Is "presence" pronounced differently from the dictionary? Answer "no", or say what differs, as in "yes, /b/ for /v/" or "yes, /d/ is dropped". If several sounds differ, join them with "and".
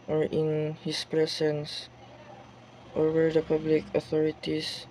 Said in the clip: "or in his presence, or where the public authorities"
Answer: yes, /s/ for /z/